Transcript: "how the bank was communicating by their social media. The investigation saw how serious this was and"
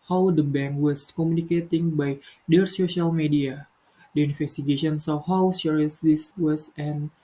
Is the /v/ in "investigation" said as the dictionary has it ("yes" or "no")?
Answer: no